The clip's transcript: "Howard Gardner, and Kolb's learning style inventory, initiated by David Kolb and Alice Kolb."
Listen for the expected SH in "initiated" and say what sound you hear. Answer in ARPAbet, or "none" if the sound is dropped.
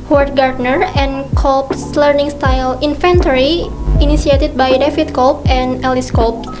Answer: S